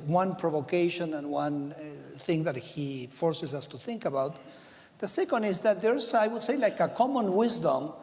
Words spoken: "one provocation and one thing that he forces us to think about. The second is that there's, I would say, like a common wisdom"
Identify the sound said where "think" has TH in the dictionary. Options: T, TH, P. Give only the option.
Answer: TH